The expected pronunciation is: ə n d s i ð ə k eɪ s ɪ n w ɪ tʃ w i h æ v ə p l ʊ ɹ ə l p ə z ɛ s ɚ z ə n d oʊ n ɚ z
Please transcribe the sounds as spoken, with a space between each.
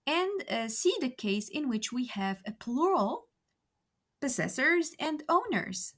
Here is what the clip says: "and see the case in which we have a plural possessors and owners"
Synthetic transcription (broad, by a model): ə n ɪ s i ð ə k eɪ s ɪ n w ɪ tʃ w i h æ v ə p l ʊ ɹ ə l p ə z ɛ s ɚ z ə n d oʊ n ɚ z